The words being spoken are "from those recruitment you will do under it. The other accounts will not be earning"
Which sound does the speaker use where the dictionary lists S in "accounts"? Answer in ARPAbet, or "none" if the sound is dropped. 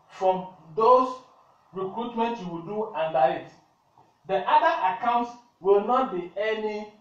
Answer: S